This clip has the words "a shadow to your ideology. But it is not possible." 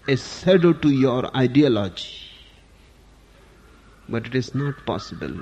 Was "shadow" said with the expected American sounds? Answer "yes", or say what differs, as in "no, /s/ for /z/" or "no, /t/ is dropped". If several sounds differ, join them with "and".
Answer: no, /s/ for /ʃ/